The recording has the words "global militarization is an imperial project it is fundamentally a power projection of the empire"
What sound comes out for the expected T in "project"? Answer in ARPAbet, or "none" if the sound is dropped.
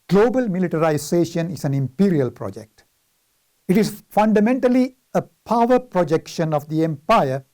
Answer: T